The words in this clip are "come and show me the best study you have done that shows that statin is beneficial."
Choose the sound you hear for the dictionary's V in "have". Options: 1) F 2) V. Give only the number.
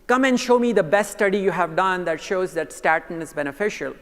2